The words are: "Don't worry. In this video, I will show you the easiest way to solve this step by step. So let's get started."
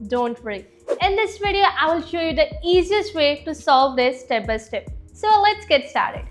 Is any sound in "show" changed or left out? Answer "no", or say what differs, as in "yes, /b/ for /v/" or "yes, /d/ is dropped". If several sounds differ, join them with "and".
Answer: no